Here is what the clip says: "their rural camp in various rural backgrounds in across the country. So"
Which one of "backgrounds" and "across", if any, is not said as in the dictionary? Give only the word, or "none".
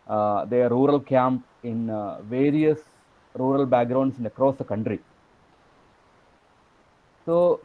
backgrounds